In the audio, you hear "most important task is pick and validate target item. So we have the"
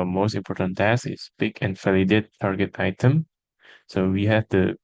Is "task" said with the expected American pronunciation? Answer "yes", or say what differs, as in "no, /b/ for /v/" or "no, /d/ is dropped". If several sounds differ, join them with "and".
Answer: no, /k/ is dropped